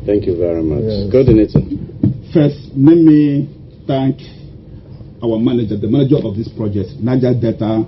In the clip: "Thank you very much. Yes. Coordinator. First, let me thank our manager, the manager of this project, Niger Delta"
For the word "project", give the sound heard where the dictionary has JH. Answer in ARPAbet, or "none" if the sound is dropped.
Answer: JH